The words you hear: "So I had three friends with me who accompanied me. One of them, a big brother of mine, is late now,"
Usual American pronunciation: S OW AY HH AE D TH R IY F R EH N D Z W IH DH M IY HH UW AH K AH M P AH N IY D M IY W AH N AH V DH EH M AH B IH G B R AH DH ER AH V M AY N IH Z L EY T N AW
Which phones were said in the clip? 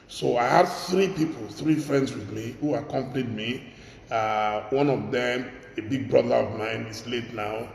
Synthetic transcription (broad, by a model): S OW AY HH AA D TH R IY F R EH N D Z W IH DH M IY HH UW AH K AH M P AH N IY D M IY W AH N AH V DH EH M AH B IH G B R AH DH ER AH V M AY N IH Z L EY T N AW